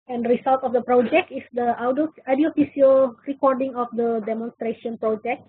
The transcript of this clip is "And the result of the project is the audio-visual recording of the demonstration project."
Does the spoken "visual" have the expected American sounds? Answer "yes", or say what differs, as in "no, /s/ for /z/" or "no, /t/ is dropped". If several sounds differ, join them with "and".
no, /f/ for /v/ and /s/ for /ʒ/